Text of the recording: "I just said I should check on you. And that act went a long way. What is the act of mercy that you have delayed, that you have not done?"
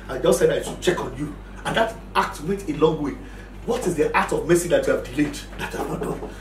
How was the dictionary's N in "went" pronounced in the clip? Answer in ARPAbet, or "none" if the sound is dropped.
none